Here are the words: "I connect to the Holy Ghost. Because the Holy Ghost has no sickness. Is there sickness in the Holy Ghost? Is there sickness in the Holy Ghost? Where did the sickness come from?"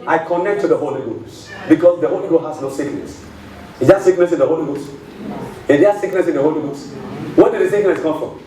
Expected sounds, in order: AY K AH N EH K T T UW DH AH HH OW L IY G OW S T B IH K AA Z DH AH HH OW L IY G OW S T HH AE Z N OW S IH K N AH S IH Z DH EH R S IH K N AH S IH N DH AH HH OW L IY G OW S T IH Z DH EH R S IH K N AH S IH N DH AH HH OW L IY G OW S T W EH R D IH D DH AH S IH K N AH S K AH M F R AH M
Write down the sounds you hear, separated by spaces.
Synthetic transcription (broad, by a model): AY K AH N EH K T T UW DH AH HH OW L IY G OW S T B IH K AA S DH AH HH OW L IY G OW HH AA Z N OW S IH K N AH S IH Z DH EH S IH K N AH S IH N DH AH HH OW L IY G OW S IH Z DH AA S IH K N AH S IH N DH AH HH OW L IY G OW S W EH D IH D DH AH S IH K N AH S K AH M F R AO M